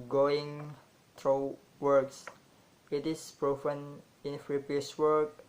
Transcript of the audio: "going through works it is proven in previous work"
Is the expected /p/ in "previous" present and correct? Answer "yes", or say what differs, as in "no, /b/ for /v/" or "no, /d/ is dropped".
no, /f/ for /p/